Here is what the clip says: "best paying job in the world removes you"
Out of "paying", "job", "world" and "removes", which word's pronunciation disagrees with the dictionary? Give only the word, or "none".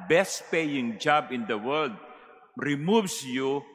removes